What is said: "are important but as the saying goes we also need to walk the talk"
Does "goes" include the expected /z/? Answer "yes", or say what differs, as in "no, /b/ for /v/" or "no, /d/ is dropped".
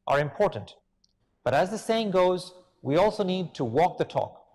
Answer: yes